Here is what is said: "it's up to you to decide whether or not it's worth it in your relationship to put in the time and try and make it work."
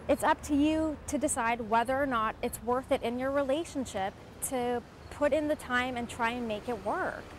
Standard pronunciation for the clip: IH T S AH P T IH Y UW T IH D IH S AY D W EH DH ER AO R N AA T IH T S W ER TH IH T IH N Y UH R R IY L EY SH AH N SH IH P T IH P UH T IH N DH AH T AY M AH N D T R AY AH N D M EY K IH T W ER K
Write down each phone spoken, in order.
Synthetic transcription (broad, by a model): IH T S AH P T IH Y UW T IH D IH S AY D W EH DH ER R N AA T IH T S W ER TH IH T IH N Y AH R R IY L EY SH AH N SH IH P T IH P UH T IH N DH AH T AY M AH N T R AY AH N M EY K IH T W ER K